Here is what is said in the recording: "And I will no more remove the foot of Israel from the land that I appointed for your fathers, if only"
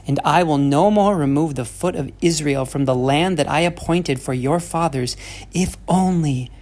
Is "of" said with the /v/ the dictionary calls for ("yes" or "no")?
yes